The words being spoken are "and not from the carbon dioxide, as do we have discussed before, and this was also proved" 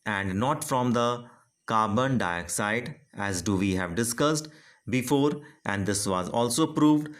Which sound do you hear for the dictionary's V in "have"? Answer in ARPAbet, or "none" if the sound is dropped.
V